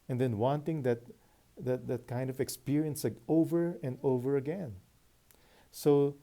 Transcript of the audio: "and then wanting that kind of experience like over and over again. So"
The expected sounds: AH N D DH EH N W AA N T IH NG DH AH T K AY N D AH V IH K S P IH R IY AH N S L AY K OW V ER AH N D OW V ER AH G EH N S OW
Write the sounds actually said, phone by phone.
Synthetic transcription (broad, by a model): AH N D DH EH N W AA N T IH NG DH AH T K AY N D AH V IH K S P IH R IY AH N S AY OW V ER AH N D OW V ER AH G EH N S OW